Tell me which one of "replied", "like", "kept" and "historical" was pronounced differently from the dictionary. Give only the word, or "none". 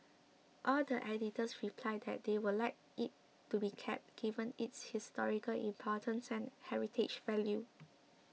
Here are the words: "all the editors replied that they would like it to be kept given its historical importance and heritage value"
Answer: none